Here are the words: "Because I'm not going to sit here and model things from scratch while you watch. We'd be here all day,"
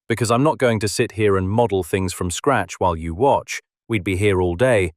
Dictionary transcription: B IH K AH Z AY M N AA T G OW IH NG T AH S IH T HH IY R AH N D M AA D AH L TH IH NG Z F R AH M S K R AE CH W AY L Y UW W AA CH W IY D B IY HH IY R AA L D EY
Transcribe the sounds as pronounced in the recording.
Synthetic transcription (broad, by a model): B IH K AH Z AY M N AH T G OW IH NG T AH S IH T HH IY R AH N M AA D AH L TH IH NG Z F R AH M S K R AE CH W AY L Y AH W AA CH W IY D B IY HH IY R AA L D EY